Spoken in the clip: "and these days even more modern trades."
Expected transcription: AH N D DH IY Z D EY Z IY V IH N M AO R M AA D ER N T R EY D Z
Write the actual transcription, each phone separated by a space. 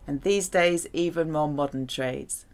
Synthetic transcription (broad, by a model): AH N DH IY Z D EY Z IY V IH N M AO M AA D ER N T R EY D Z